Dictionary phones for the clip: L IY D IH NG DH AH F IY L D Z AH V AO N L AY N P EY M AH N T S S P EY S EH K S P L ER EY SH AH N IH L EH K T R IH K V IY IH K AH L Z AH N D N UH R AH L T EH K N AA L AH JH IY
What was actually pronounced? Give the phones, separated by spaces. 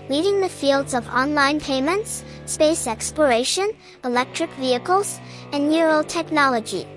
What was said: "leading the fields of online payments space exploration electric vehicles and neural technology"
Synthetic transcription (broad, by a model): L IY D IH NG DH AH F IY L D Z AH V AO N L AY N P EY M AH N T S S P EY S EH K S P L ER EY SH AH N IH L EH K T R IH K V IY IH K AH L Z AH N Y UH R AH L T EH K N AA L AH JH IY